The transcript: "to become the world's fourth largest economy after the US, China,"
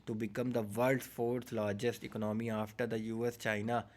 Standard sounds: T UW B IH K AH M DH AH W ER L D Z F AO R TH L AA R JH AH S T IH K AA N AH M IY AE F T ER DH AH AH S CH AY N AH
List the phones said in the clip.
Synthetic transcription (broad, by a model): T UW B IH K AH M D AH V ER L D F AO R T L AA R JH AH S T IH K AA N AH M IY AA F T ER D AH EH S CH AY N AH